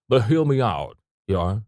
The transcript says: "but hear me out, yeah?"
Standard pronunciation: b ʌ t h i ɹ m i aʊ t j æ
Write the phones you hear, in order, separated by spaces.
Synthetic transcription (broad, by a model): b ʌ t h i l m i aʊ t j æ